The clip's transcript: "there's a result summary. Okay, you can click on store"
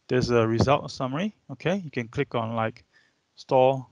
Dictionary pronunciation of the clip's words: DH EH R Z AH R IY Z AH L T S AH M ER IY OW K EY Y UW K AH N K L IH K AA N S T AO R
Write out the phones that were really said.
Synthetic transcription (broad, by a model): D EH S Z AH R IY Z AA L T S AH M ER IY OW K EY Y UW K AH N K L IH K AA N S T AO